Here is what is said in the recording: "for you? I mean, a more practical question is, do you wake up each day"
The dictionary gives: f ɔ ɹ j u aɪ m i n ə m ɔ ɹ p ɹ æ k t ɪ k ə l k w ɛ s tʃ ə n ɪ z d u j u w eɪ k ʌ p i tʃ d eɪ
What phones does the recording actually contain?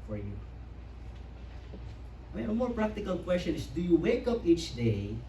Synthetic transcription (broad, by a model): f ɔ ɹ j u aɪ m i n ə m ɔ ɹ p ɹ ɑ k t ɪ k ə l k w ɛ s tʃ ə n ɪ s d u j u w eɪ k ʌ p i tʃ d eɪ